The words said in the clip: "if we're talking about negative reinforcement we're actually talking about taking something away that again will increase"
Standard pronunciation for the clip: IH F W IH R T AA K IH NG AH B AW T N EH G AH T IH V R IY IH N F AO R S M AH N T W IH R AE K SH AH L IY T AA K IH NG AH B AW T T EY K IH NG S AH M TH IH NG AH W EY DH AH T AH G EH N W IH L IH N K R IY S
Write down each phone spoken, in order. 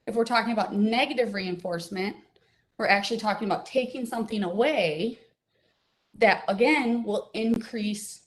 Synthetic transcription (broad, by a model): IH F W IH R T AA K IH NG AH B AW T N EH G AH T IH V R IY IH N F AO R S M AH N T W IH R AE K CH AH L IY T AA K IH NG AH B AW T T EY K IH NG S AH M TH IH NG AH W EY DH AH T AH G EH N W IH L IH N K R IY S